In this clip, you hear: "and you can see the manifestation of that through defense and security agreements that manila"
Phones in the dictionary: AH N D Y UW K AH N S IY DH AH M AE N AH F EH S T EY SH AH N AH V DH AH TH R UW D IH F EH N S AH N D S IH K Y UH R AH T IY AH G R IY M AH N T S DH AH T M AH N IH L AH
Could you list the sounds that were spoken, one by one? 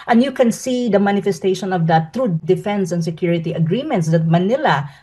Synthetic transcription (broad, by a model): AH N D Y UW K AH N S IY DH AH M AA N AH F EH S T EY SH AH N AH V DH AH T R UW D IH F EH N S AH N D S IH K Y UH R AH T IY AH G R IY M AH N T S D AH T M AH N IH L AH